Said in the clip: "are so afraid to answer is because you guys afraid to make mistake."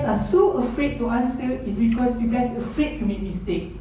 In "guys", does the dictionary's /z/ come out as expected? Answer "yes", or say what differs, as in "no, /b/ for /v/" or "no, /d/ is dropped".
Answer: no, /s/ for /z/